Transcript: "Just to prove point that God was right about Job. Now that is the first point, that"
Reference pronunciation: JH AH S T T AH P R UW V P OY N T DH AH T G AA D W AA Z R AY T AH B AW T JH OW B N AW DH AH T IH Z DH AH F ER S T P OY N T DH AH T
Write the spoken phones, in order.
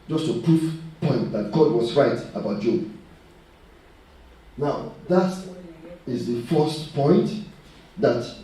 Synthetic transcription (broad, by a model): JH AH S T T AH P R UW F P OY N T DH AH T G AA D W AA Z R AY T AH B AW T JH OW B N AW DH AH T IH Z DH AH F ER S T P OY N T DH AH T